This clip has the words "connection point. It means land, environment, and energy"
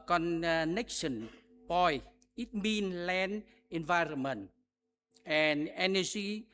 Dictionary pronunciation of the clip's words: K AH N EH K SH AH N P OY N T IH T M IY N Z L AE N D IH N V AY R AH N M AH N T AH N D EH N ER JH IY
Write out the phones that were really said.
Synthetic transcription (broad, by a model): K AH N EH K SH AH N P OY IH T M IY N L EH N IH N V AY R AH N M AH N T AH N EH N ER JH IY